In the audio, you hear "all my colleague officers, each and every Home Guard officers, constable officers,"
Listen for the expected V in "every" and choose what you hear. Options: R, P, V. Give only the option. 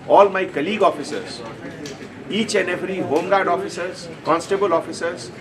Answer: P